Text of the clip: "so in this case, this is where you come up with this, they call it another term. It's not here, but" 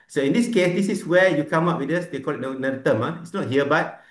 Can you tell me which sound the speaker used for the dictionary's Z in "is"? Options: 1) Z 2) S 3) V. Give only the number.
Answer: 2